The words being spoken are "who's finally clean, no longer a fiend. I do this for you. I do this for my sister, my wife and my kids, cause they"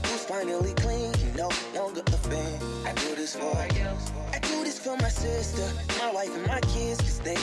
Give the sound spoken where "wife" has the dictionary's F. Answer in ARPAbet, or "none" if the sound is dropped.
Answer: F